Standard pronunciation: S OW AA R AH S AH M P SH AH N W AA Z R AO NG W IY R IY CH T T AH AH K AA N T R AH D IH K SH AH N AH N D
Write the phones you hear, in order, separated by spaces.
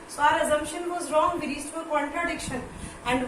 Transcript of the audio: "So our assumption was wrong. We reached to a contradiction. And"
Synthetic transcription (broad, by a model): S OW AA R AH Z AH M P SH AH N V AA Z R AO NG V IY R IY S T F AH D K AA N T R AH D IH K SH AH N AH N D